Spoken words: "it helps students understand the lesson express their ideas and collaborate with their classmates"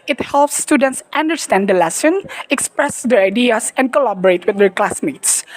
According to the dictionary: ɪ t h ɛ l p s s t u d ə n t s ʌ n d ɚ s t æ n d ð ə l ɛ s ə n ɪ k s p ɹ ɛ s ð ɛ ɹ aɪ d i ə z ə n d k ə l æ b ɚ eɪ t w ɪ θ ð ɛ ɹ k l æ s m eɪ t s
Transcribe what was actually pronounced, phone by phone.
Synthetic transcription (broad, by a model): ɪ t h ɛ l p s s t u d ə n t s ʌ n d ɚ s t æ n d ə l ɛ s ə n ɪ k s p ɹ ɛ s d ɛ ɹ aɪ d i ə s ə n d k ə l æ b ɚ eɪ t w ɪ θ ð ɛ ɹ k l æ s m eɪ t s